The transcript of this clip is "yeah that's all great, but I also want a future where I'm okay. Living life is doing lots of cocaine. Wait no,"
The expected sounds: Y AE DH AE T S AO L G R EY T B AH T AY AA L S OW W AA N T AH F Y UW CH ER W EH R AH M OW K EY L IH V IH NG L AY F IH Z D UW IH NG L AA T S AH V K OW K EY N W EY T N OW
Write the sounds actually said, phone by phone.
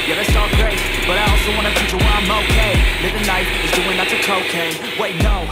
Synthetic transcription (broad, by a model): Y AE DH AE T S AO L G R EY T B AH T AY AA L S OW W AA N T AH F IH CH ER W AH M OW K EY L IH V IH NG N AY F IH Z D UW IH NG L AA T AH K OW K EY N W EY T N OW